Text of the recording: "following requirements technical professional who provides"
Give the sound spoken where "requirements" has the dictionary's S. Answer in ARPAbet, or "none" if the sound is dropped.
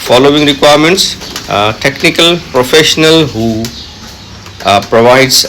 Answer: S